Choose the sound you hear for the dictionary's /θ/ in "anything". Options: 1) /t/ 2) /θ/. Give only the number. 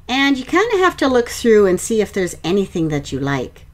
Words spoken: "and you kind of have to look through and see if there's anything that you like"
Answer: 2